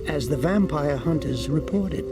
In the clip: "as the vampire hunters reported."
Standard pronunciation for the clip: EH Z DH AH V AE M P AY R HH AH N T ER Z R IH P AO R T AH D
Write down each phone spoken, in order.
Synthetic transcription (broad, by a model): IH Z DH AH V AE M P AY R HH AH N T ER Z R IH P AO R T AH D